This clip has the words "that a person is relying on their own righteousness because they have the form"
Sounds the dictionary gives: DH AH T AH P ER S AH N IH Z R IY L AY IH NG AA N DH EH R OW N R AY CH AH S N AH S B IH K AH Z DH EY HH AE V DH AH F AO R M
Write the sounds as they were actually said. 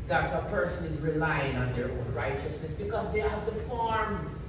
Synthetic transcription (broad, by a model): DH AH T AH P ER S AH N IH Z R IY L AY IH NG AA N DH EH R OW N R AY CH AH S N AH S B IH K AH Z DH EY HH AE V DH AH F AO R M